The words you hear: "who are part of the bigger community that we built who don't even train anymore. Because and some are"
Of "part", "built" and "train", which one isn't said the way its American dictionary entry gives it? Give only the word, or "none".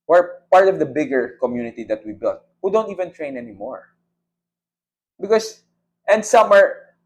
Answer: built